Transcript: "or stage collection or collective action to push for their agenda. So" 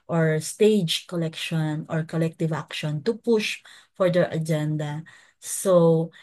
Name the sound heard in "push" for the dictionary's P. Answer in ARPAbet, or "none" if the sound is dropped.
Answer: P